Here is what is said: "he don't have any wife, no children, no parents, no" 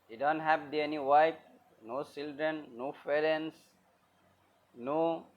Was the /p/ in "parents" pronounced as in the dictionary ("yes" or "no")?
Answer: no